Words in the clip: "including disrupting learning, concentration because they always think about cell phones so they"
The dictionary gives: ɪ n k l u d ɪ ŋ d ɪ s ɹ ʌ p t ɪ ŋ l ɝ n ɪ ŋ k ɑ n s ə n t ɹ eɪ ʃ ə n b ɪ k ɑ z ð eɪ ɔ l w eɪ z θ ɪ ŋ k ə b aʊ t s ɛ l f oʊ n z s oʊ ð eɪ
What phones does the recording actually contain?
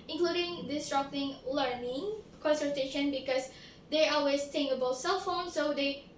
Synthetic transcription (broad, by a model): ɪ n k l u d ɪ ŋ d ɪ s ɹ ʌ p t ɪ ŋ l ɝ n ɪ ŋ k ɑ n s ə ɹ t eɪ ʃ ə n b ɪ k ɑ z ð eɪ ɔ l w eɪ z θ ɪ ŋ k ə b aʊ t s ɛ l f oʊ n s oʊ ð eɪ